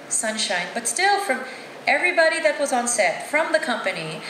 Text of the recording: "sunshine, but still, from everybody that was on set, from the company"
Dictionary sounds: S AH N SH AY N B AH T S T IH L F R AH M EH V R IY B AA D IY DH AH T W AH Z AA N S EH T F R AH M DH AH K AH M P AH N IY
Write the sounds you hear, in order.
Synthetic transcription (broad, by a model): S AH N SH AY N B AH T S T IH L F R AH M EH V R IY B AA D IY DH AH T W AH Z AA N S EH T F R AH M DH AH K AH M P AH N IY